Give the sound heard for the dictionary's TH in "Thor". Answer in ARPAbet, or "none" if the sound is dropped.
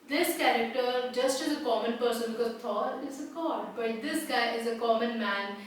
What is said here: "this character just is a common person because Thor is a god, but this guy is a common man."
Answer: T